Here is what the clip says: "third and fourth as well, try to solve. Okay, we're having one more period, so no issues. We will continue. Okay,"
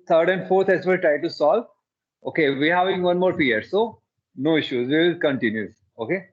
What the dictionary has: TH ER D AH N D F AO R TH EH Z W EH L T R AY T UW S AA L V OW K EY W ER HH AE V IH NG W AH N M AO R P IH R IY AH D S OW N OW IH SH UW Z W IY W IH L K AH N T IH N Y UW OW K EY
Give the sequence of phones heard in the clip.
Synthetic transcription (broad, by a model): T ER D AH N D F AO R T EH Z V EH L T R AY T UW S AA L OW K EY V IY HH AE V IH NG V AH N M AO R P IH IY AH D S OW N OW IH SH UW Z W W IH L K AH N T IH N Y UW OW K EY